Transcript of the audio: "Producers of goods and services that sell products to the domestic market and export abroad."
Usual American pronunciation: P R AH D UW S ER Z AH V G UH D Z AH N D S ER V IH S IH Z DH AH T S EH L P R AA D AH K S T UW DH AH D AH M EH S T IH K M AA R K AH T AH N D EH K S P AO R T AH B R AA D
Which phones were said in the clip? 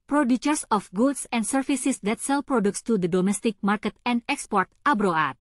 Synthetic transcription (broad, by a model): P R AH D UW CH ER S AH F G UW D S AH N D S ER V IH S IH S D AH T S EH L P R AA D AH K S T UW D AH D AH M EH S T IH K M AA R K AH T AH N D EH K S P AO R T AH B R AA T